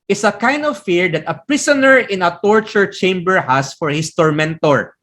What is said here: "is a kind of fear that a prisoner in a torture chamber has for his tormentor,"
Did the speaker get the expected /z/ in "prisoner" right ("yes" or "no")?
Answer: no